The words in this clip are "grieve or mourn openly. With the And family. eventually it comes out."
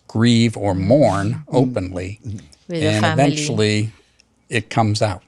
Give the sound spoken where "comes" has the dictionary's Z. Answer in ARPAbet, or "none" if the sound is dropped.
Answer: Z